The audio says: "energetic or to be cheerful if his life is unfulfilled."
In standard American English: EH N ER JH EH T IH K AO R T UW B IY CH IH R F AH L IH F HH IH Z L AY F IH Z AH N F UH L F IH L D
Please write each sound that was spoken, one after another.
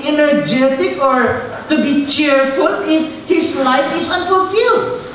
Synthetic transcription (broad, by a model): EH N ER JH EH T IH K AO R T UW B IY CH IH R F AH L IH F HH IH S L AY F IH S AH N F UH L F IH L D